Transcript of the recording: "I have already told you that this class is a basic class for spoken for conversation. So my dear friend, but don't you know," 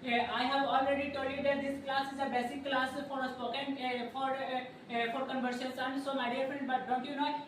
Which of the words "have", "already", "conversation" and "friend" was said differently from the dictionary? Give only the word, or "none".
conversation